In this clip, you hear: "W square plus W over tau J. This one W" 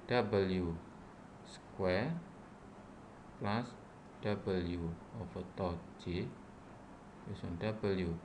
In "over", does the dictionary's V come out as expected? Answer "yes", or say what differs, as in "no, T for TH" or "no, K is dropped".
no, F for V